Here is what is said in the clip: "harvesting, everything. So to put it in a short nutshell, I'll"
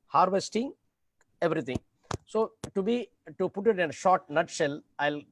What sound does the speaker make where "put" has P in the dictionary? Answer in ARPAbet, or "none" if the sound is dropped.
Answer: B